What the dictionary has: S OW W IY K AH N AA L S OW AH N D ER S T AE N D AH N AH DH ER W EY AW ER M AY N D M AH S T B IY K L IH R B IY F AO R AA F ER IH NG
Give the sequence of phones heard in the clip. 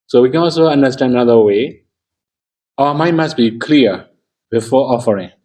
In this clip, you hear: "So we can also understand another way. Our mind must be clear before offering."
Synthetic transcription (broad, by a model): S OW W IY K AH N AA L S OW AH N D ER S T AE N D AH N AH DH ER W EY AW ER M AY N M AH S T B IY K L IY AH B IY F AO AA F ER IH NG